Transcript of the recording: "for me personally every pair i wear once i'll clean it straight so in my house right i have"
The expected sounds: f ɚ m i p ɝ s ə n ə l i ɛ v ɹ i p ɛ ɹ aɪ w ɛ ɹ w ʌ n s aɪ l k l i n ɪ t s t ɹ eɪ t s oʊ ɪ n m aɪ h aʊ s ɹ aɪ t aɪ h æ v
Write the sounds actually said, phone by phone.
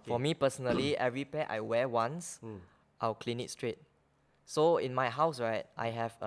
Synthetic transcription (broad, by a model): f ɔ m i p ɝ s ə n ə l i ɛ v ɹ i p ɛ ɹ aɪ w ɛ w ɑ n s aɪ w k l i n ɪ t s t ɹ eɪ t s oʊ ɪ n m aɪ h aʊ s ɹ aɪ t aɪ h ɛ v